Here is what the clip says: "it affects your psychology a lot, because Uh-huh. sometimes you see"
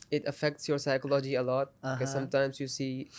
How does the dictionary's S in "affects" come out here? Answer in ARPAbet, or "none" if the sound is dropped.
S